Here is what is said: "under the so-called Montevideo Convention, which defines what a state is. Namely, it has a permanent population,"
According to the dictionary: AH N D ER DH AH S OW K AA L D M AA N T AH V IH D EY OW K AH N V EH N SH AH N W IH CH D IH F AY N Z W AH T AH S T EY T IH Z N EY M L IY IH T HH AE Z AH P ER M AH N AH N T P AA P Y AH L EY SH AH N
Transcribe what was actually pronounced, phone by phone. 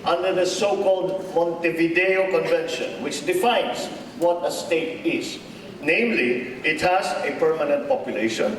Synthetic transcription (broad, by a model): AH N D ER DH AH S OW K AA L D M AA N T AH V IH D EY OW K AH N V EH N SH AH N W IH CH D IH F AY N S W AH T AH S T EY T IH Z N EY M L IY IH T HH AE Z AH P ER M AH N AH N T P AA P Y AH L EY SH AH N